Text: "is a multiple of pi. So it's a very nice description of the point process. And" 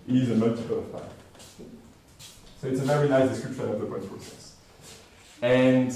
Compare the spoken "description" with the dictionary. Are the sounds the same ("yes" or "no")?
yes